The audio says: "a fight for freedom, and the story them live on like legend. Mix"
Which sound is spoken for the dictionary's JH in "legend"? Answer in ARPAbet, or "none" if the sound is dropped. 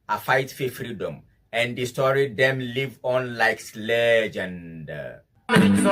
JH